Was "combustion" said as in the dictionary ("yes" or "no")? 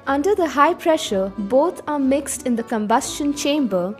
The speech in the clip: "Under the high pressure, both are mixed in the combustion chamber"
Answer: yes